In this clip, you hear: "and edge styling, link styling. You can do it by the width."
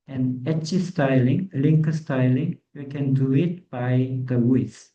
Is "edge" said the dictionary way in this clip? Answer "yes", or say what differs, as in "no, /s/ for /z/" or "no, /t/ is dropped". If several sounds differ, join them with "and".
no, /tʃ/ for /dʒ/